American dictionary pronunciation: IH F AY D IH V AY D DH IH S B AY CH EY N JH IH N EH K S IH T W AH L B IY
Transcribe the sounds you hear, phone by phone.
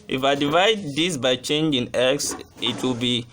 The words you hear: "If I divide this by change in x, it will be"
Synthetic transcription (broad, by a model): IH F AY D IH V AY D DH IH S B AY CH EY N JH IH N EH K S IH T W AH L B IY